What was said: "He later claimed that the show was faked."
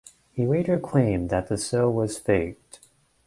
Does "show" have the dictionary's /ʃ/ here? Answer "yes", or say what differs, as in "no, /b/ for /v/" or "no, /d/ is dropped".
no, /s/ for /ʃ/